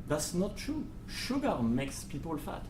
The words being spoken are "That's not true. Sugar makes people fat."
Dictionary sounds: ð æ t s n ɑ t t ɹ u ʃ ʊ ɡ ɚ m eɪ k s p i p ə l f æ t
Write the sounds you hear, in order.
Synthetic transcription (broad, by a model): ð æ t s n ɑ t t ɹ u ʃ ʊ ɡ ɚ m eɪ k s p i p ə l f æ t